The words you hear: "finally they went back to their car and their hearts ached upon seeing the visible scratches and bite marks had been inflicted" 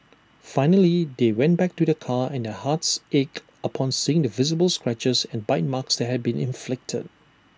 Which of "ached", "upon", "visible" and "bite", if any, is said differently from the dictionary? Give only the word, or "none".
ached